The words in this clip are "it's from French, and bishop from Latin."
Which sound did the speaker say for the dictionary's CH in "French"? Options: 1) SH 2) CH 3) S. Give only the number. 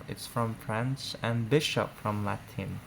3